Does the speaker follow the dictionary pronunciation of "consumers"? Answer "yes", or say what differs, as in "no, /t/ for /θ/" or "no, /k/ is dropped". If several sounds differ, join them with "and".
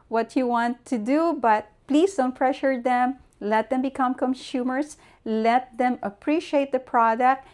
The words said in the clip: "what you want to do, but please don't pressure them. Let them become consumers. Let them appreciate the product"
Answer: no, /s/ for /z/